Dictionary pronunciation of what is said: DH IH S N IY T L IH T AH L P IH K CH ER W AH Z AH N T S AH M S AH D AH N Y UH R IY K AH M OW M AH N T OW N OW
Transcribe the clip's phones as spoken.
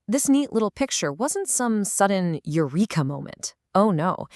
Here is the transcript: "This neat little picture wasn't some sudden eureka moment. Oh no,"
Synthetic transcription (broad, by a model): DH IH S N IY T L IH T L P IH K CH ER W AH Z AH N T S AH M S AH D N Y UH R IY K AH M OW M AH N T OW N OW